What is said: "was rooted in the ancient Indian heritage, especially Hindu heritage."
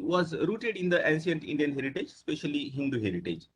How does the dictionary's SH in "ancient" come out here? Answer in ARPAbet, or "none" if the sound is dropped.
S